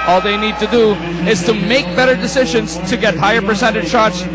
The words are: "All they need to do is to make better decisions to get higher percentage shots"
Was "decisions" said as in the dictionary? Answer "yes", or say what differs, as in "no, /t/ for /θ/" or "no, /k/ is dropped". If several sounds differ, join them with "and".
yes